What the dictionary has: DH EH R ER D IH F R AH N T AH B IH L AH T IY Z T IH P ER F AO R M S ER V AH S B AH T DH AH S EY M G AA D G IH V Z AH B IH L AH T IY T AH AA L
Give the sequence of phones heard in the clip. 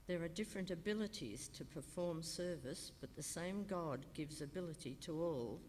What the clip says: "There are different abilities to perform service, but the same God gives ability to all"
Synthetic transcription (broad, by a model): DH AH R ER D IH F R AH N T AH B IH L AH T IY Z T IH P ER F AO R M S ER V AH S B AH T DH AH S EY M G AA D G IH V Z AH B IH L AH T IY T AH AA L